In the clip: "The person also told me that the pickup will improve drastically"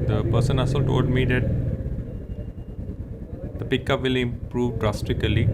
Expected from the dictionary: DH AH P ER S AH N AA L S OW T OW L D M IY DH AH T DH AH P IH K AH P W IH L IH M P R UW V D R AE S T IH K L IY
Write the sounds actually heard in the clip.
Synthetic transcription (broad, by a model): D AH P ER S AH N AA S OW T OW L D M IY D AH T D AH P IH K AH P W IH L IH M P R UW V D R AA S T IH K L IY